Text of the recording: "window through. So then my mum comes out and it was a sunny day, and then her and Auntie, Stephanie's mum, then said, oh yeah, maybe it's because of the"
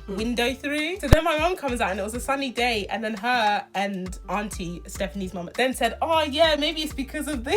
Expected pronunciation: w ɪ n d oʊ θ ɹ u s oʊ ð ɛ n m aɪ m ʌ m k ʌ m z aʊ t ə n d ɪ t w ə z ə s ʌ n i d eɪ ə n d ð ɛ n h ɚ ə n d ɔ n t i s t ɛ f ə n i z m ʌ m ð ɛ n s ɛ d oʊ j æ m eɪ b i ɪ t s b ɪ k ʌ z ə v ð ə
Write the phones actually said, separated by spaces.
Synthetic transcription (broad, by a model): w ɪ n d oʊ θ ɹ u s oʊ ð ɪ n m aɪ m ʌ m k ʌ m z aʊ t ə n ɪ t w ə z ə s ʌ n i d eɪ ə n ð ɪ n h ɚ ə n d ɔ n t i s t ɛ f ə n i z m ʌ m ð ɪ n s ɛ d oʊ j æ m eɪ b i ɪ t s b ɪ k ʌ z ə v ð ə